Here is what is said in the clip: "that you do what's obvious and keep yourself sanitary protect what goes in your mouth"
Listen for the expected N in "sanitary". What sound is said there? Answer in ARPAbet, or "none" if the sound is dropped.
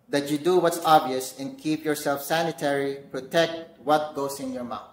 N